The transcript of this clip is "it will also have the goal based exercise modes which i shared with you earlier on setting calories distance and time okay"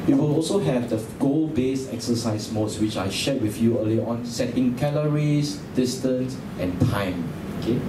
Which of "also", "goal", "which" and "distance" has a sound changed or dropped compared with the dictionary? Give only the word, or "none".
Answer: none